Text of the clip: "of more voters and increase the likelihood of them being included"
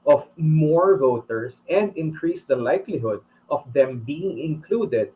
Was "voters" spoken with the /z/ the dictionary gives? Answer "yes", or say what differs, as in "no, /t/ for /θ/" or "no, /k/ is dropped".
no, /s/ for /z/